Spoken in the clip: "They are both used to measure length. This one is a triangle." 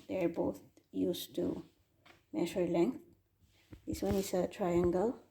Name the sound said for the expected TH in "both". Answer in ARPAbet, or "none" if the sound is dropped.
T